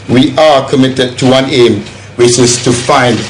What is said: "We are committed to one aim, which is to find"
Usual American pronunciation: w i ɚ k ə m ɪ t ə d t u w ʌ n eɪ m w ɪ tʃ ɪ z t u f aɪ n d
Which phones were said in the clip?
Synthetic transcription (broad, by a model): w i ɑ k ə m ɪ t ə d t u w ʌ n eɪ m w ɪ tʃ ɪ s t u f aɪ n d